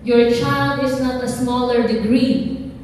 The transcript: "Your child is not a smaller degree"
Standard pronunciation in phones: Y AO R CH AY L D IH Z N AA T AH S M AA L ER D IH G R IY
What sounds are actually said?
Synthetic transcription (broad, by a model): Y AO R CH AY L D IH S N AA T AH S M AA L ER D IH G R IY